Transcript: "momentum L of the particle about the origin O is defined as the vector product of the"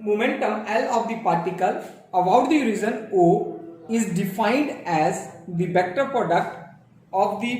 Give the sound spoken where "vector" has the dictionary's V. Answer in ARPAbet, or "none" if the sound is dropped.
B